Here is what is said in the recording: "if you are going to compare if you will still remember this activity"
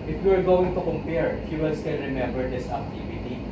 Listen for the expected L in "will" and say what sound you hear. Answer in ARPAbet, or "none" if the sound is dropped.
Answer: N